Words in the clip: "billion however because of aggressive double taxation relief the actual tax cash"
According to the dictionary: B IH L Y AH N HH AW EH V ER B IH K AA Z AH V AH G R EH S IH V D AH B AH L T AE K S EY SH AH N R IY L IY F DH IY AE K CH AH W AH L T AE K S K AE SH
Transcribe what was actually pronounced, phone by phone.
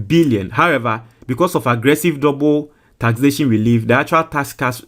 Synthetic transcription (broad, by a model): B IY L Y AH N HH AW EH V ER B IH K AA S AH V AH G R EH S IH V D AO B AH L T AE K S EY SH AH N W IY L IY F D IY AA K CH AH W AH L T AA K S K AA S